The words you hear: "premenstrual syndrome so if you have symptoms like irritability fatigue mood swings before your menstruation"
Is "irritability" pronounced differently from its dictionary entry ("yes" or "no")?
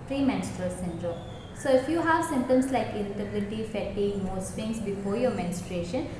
yes